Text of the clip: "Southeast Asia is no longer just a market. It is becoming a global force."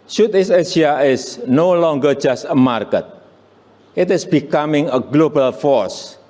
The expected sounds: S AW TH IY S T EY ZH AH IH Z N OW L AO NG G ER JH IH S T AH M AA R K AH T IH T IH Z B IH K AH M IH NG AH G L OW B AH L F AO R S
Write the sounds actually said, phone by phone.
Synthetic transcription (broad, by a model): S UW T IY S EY S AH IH S N OW L AO NG G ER JH IH S T AH M AA R K AH T IH T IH S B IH K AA M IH NG AH G L OW B AH L F AO R S